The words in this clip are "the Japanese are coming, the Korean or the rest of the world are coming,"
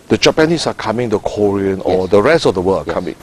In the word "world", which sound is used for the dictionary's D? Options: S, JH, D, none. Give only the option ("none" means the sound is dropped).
none